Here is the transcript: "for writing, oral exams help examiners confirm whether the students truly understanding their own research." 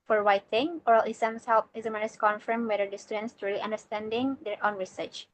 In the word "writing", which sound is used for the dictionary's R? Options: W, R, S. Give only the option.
W